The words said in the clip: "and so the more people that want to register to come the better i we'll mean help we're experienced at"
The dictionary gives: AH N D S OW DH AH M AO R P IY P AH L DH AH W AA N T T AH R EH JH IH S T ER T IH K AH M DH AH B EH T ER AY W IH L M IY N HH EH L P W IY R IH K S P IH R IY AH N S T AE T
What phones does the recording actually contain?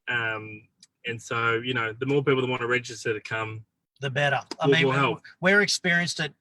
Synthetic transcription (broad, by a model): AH N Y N OW DH AH M AO R P IY P L DH AH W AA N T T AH R EH JH IH S T ER T IH K AH M DH AH B EH T ER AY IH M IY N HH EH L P W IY R IH K S P IH R IY AH N S T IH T